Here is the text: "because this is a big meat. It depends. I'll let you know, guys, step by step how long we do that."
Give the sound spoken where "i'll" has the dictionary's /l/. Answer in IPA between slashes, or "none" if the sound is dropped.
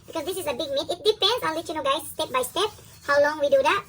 /n/